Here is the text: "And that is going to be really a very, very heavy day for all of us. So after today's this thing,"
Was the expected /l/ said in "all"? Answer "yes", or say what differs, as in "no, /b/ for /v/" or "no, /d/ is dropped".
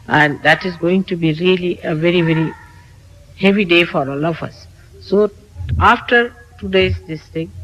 yes